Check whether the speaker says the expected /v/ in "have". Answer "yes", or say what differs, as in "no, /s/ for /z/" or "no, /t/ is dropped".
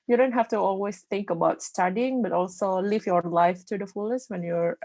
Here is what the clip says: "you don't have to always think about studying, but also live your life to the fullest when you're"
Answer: no, /f/ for /v/